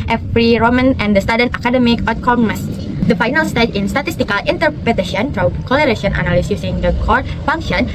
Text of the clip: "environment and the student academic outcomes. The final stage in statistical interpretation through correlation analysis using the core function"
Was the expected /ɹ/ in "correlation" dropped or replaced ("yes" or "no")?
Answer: yes